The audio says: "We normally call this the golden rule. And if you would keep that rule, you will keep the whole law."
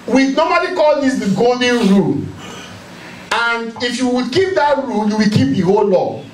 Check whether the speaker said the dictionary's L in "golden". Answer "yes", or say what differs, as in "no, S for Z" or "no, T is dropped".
no, L is dropped